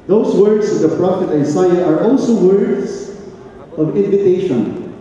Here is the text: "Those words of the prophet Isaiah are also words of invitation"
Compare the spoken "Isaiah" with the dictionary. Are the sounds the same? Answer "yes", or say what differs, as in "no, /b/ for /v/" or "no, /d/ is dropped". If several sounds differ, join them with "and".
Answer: no, /s/ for /z/